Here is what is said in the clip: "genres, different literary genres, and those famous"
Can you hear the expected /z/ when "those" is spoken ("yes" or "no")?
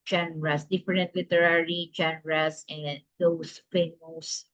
no